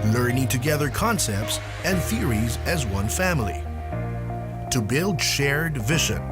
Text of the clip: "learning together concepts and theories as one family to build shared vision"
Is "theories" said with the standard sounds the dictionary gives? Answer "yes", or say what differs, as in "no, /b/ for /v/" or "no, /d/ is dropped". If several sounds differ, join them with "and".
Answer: yes